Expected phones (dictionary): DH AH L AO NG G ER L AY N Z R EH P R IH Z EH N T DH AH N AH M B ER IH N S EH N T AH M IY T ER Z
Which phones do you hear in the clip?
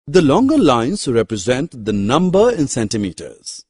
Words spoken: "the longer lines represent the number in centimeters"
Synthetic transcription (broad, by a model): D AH L AO NG G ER L AY N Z R EH P R IH Z EH N T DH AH N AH M B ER IH N S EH N T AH M IY T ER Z